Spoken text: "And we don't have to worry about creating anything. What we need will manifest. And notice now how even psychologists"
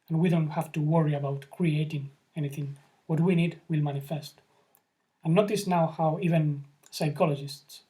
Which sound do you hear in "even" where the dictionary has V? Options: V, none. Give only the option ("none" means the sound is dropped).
V